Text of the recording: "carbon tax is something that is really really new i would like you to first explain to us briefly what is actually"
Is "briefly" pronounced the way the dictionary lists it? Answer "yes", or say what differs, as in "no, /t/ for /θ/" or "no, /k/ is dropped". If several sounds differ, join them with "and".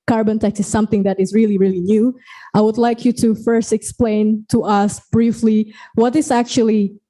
yes